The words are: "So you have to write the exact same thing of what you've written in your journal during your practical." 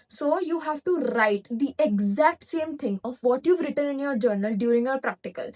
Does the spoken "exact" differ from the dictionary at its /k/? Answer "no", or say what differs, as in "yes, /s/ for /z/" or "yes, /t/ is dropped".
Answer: no